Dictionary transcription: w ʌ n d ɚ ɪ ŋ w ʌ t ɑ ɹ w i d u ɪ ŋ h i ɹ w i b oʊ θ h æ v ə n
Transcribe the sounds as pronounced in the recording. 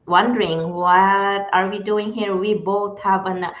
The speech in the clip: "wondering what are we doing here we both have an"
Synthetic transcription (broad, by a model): w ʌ n d ɚ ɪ ŋ w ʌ t ɑ ɹ w i d u ɪ ŋ h i ɹ w i b oʊ t h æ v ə n